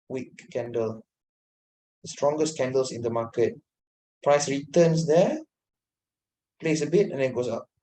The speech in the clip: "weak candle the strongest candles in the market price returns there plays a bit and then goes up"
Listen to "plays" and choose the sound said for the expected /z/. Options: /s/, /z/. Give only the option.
/s/